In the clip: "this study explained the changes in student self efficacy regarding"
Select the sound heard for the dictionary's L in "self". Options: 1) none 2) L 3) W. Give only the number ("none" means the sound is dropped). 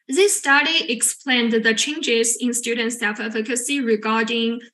1